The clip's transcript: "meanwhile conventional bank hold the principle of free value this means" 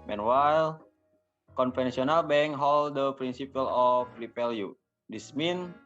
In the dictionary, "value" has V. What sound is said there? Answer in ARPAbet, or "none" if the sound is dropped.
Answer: P